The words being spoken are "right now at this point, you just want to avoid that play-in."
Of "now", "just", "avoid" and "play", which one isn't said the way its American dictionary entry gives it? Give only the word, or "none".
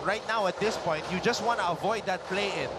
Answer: none